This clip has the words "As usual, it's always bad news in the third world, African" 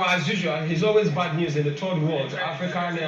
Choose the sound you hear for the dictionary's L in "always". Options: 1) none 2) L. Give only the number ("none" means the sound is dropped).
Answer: 2